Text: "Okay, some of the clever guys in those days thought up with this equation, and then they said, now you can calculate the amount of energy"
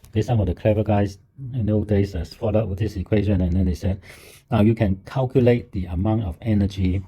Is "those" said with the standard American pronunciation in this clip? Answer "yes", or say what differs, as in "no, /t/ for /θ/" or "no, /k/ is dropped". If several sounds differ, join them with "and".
no, /z/ is dropped